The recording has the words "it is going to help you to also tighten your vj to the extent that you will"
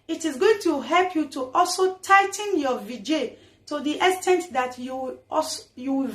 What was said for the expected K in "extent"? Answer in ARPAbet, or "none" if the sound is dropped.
none